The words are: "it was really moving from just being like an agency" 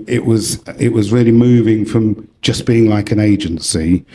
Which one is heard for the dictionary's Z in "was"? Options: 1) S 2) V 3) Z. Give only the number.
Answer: 3